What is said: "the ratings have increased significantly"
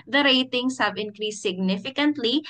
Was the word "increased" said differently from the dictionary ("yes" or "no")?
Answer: no